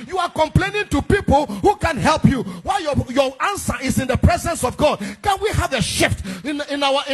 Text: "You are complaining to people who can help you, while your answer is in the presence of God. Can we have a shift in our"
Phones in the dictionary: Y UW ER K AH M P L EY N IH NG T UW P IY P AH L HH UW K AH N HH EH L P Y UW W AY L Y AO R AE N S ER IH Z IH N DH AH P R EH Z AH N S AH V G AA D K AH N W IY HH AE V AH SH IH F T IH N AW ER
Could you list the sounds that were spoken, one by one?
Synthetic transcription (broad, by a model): Y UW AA K AH M P L EY N IH NG T UW P IY P AH L HH UW K AH N HH EH L P Y UW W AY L Y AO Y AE N S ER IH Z IH N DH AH P R EH Z AH N S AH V G AA D K AH N W IY HH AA V AH SH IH F T IH N AW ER